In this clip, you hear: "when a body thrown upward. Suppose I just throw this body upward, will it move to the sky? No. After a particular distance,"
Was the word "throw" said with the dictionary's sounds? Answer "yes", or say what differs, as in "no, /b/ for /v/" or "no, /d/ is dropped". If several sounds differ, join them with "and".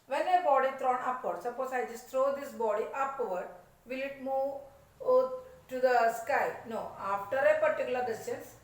no, /t/ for /θ/